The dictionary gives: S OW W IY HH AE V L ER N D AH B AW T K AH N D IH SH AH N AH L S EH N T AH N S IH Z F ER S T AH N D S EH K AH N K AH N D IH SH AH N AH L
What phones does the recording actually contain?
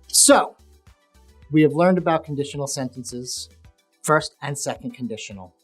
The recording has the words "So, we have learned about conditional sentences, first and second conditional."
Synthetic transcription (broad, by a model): S OW W IY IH V L ER N D AH B AW T K N D IH SH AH N L S EH N T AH N S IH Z F ER S T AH N S EH K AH N K N D IH SH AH N L